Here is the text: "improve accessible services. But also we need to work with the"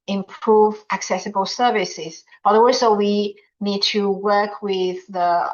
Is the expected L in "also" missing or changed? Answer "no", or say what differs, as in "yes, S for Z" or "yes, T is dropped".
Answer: yes, W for L